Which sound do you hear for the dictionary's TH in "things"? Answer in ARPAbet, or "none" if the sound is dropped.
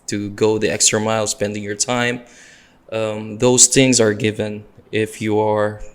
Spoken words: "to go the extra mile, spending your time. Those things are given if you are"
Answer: TH